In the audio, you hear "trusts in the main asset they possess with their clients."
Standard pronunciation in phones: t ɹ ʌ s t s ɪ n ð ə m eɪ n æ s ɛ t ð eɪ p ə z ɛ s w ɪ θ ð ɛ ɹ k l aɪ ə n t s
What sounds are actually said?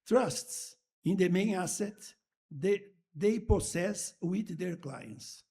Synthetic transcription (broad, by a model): t ɹ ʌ s t s ɪ n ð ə m eɪ n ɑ s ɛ t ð eɪ p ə s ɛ s w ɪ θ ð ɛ ɹ k l aɪ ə n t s